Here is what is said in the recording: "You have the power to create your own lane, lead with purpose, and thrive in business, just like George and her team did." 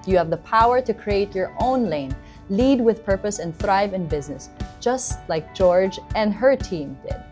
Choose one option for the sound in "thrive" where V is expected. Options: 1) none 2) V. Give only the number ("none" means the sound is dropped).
2